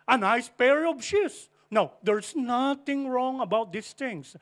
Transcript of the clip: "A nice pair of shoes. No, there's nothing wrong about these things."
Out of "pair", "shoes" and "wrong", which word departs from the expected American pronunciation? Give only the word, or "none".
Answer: shoes